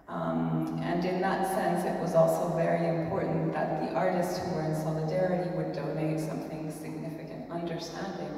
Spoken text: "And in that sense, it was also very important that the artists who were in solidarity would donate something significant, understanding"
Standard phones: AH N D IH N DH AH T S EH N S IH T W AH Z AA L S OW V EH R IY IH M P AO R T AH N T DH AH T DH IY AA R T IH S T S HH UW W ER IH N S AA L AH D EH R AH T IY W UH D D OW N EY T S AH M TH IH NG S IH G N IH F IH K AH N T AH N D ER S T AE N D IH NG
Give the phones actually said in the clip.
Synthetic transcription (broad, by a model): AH N IH N DH AH T S EH N S IH T W AH Z AA L S OW V EH R IY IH M P AO R T N DH AH T DH IY AA R T IH S T S HH UW W ER IH N S AA L AH D EH R AH T IY W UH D D OW N EY T S AH M TH IH NG S IH G N IH F IH K AH N T AH N D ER S T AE N D IH NG